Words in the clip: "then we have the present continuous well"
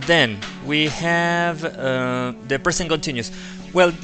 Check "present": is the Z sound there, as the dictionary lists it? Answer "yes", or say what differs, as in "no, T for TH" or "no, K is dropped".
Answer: no, S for Z